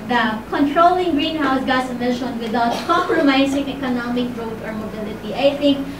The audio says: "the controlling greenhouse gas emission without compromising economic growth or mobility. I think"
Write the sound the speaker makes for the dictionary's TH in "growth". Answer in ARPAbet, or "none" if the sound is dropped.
T